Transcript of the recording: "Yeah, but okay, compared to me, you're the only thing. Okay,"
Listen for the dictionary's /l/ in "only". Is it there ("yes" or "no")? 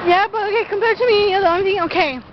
no